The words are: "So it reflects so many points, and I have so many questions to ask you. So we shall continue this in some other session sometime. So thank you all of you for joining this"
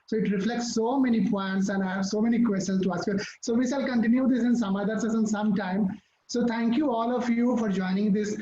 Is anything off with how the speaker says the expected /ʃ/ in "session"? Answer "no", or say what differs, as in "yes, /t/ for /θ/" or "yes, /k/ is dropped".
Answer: yes, /s/ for /ʃ/